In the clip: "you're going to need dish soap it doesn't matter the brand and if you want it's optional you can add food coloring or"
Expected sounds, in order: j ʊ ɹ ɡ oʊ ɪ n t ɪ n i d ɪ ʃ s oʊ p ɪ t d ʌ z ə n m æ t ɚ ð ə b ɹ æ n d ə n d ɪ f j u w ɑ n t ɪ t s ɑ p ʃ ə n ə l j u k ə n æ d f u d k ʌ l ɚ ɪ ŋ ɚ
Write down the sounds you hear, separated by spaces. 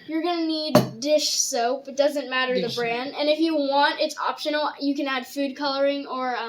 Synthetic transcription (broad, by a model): j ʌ ɹ ɡ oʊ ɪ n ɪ n i d ɪ ʃ s oʊ p ɪ t d ʌ z ə n m æ t ɚ ð ə b ɹ æ n d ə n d ɪ f j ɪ w ɑ n t ɪ t s ɑ p ʃ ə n l j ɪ k ə n æ d f u d k ʌ l ɚ ɪ ŋ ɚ